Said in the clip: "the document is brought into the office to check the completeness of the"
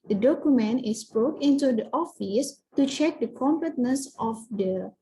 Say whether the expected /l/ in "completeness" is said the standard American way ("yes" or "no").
no